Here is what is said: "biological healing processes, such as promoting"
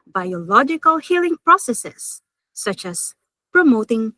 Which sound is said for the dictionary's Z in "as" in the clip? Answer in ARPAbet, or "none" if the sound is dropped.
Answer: S